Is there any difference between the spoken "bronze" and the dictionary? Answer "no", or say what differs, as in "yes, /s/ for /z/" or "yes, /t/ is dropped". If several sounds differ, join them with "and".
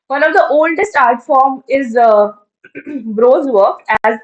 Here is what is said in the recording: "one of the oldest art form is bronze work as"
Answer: yes, /n/ is dropped